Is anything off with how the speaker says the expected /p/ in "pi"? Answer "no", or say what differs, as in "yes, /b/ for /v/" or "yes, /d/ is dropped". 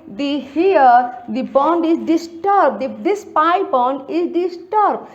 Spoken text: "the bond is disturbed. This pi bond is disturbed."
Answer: no